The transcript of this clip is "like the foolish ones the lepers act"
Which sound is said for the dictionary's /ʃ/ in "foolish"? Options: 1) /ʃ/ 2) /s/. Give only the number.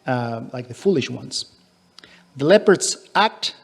1